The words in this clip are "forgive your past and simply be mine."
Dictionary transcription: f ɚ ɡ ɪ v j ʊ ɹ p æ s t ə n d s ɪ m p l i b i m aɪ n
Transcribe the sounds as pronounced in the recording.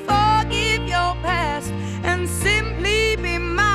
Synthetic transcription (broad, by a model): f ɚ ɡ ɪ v j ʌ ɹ p æ s t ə n s ɪ m p l i b i m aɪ